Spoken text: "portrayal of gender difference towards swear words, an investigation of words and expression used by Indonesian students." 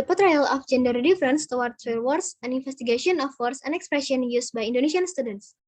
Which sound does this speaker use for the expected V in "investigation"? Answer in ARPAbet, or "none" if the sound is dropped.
F